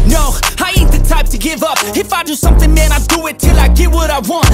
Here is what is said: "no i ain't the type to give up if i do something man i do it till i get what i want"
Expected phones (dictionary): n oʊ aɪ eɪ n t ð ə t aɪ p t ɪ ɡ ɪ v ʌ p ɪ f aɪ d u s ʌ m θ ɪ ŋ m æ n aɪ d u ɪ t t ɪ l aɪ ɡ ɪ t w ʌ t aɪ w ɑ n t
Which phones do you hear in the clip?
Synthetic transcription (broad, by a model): n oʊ aɪ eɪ t ð ə t aɪ p t ɪ ɡ ɪ v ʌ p ɪ f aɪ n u s ʌ m θ ɪ ŋ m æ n aɪ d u ɪ t t ɪ l aɪ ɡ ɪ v w ʌ t aɪ w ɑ n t